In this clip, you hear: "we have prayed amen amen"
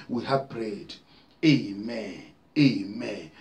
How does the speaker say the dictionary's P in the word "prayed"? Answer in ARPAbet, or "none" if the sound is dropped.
B